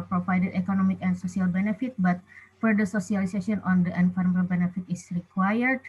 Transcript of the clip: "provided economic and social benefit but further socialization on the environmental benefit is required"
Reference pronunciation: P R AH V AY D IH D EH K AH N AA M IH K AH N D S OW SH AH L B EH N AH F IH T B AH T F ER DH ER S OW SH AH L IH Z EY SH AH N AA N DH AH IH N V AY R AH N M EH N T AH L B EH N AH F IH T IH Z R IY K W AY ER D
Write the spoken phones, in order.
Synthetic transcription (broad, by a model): P R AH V AY D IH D EH K AH N AA M IH K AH N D S OW S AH L B EH N AH F IH T B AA T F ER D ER S OW S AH L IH S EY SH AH AA N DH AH N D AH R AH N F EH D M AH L B EH N AH F IH T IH S R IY K W AY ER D